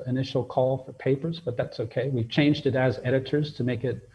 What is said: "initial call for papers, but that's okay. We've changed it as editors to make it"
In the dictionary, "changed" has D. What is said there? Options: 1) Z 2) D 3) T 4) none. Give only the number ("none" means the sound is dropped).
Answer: 2